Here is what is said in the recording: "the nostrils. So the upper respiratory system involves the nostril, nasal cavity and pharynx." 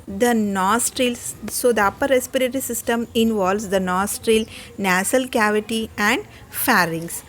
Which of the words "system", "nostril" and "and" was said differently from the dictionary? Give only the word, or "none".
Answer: none